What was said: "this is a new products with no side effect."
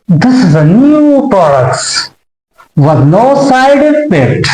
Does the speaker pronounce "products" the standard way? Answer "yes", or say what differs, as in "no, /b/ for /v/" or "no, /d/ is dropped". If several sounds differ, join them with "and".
yes